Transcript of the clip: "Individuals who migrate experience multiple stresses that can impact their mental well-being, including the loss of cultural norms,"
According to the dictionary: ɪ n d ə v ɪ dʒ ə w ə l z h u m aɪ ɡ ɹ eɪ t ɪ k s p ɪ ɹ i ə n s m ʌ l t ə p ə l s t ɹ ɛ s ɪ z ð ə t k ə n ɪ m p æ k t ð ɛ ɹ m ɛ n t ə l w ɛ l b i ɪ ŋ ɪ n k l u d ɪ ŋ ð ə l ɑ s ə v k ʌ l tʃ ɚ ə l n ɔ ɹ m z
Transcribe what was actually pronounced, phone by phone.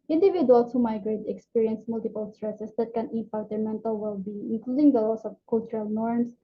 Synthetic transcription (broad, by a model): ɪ n d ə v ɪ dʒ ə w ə l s h u m aɪ ɡ ɹ eɪ t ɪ k s p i ɹ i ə n s m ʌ l t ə p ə l s t ɹ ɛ s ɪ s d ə t k ə n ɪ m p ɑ t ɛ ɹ m ɛ n t ə l w ɛ l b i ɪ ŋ ɪ n k l u d ɪ ŋ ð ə l ɑ s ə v k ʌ l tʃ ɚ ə l n ɔ ɹ m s